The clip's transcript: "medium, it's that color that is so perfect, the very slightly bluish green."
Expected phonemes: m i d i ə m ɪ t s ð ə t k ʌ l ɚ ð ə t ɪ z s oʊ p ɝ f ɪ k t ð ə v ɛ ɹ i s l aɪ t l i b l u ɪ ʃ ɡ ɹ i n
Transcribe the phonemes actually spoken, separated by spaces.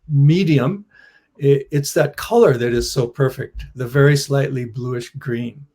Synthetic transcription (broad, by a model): m i d i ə m ɪ t s ð ə t k ʌ l ɚ ð ə t ɪ z s oʊ p ɝ f ɪ k t ð ə v ɛ ɹ i s l aɪ t l i b l u ɪ ʃ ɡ ɹ i n